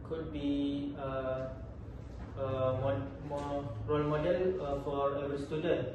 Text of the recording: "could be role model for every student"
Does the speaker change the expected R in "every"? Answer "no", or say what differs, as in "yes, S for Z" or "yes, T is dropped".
yes, R is dropped